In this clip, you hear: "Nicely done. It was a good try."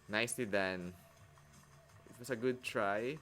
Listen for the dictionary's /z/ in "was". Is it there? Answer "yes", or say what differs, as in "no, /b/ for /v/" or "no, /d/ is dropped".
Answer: no, /s/ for /z/